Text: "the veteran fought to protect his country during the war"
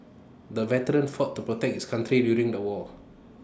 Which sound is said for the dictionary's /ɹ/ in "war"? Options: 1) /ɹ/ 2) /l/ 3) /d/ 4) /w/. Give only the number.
2